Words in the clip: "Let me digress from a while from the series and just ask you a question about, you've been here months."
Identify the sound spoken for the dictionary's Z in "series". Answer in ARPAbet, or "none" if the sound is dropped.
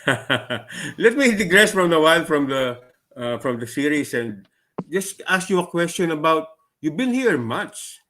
S